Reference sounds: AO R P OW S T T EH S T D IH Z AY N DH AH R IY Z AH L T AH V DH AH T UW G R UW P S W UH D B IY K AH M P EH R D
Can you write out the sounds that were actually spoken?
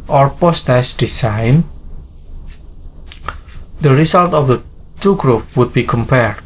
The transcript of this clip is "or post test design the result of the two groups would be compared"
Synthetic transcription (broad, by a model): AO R P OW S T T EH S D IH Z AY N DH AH R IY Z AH L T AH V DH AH T UW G R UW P W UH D B IY K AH M P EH R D